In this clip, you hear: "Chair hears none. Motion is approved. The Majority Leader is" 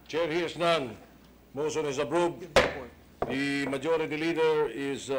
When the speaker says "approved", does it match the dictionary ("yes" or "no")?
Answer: no